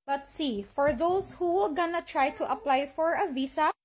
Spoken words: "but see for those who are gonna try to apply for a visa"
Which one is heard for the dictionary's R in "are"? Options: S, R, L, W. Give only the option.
L